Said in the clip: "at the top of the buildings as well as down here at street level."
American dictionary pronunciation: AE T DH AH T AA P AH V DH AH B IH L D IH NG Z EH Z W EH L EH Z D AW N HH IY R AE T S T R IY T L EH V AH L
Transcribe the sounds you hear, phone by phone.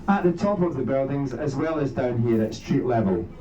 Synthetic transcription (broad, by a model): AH T DH AH T AA P AH V DH AH B IH L D IH NG Z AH Z W EH L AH Z D AW N HH IY R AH T S T R IY T L EH V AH L